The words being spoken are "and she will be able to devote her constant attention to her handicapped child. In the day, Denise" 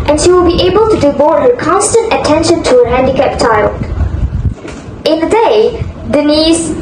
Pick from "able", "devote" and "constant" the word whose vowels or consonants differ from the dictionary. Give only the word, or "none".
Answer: devote